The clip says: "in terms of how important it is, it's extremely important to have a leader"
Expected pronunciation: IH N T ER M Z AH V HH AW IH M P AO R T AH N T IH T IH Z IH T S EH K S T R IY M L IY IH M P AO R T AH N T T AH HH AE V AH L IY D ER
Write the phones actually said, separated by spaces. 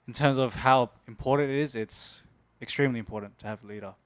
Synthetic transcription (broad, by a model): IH N T ER M Z AH V HH AW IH M P AO R T N T IH T IH Z IH T S EH K S T R IY M L IY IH M P AO R T N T T AH V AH L IY D ER